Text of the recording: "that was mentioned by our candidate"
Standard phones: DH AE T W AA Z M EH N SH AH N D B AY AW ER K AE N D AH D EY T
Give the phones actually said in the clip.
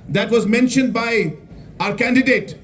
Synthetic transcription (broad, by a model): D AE T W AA Z M EH N SH AH N D B AY AW ER K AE N D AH D EY T